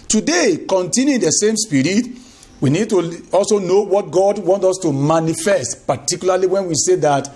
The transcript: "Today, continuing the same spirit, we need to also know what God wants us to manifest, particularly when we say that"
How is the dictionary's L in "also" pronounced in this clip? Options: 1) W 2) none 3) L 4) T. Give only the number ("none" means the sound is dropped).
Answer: 3